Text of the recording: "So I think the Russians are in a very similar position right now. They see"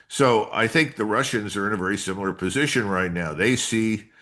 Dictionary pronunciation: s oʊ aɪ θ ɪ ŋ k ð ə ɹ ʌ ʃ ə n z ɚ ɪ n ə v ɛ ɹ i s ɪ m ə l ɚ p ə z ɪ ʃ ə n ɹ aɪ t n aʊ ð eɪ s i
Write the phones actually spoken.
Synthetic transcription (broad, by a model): s oʊ aɪ θ ɪ ŋ k ð ə ɹ ʌ ʃ ə n z ɚ ɪ n ə v ɛ ɹ i s ɪ m l ɚ p ə z ɪ ʃ ə n ɹ aɪ t n aʊ ð eɪ s i